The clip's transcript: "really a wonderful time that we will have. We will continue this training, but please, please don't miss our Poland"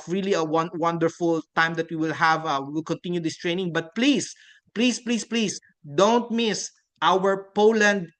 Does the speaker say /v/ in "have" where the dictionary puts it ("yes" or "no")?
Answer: yes